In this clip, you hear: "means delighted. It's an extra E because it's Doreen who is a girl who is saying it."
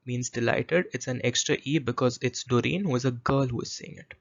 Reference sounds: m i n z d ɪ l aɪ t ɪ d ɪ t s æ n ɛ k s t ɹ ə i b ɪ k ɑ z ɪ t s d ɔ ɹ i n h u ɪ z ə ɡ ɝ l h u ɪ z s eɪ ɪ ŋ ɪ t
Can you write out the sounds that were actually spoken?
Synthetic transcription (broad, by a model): m i n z d ɪ l aɪ t ɪ d ɪ t s æ n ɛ k s t ɹ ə i b ɪ k ɑ z ɪ t s d ɔ ɹ i n h u ɪ z ə ɡ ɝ l h u ɪ z s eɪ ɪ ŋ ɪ t